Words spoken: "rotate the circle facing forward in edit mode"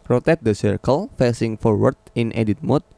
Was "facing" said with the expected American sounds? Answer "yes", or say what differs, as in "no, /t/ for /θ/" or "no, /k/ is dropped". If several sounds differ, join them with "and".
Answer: yes